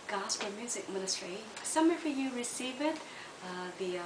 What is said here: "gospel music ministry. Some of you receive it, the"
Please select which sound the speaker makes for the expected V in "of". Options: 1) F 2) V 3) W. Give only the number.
1